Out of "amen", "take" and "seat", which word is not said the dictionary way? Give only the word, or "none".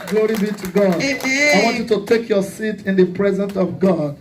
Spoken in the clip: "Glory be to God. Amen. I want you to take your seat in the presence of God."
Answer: amen